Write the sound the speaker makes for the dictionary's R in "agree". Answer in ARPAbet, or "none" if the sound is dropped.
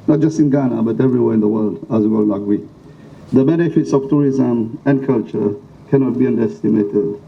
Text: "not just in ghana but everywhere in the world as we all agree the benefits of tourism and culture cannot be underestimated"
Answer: W